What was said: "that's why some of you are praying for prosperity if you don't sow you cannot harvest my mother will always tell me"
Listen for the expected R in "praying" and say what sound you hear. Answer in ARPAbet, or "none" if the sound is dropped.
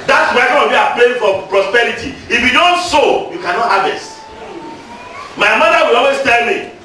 L